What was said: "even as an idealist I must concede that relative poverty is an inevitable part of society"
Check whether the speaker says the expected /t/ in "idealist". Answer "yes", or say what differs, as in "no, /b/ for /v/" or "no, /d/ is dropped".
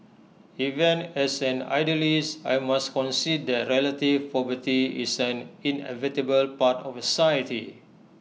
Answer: no, /t/ is dropped